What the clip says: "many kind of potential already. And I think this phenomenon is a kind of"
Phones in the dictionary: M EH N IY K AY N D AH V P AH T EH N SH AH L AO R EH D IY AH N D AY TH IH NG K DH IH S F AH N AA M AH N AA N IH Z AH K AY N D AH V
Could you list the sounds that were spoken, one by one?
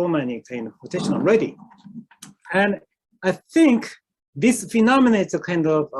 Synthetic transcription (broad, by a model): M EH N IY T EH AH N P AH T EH SH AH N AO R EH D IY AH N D AY TH IH NG K DH IH S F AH N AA M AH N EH IH S AH K AY N D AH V